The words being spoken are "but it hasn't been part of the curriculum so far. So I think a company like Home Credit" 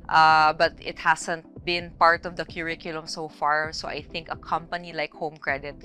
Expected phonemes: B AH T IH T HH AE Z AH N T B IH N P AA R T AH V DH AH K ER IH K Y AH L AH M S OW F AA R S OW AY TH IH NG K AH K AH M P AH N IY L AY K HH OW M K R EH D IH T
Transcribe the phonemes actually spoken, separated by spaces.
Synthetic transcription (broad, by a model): B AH T IH T HH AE S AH N T B IH N P AA R T AH V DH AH K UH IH K Y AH L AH M S OW F AA R S OW AY TH IH NG K AH K AH M P AH N IY L AY K HH OW M K R EH D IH T